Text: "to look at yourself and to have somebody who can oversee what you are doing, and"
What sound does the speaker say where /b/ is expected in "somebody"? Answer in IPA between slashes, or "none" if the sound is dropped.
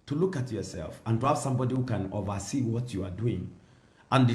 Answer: /b/